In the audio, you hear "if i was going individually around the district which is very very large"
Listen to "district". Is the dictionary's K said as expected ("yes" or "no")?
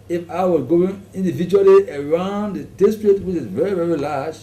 no